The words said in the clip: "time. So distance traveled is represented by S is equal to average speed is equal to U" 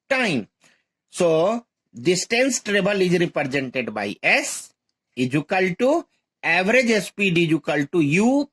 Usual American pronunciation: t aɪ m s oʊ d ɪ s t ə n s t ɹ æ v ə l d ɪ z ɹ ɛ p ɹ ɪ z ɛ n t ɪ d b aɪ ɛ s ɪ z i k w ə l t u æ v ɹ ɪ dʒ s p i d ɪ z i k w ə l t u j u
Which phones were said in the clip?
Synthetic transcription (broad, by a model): t aɪ m s oʊ d ɪ s t ə n s t ɹ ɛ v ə l ɪ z ɹ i p ɹ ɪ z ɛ n t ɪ d b aɪ ɛ s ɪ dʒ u k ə l t u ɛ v ɹ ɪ dʒ s p i d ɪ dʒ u k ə l t u j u